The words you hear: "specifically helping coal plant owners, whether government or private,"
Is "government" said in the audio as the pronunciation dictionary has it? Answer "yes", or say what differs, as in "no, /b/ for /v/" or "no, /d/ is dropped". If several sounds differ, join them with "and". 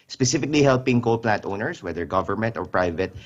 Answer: yes